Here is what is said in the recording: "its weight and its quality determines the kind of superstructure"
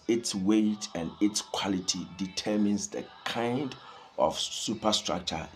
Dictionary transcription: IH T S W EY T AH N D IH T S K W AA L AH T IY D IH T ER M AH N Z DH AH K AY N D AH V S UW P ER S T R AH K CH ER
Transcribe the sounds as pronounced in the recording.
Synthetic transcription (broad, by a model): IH T S W EY T AH N D IH T S K W AA L AH T IY D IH T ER M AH N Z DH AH K AY N D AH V S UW P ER S T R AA K CH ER